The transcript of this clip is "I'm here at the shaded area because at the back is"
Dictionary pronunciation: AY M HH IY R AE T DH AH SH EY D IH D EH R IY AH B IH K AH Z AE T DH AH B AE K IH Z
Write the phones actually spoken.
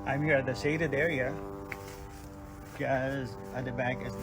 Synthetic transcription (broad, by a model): AY M HH IY R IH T DH AH S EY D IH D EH R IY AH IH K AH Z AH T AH B AE K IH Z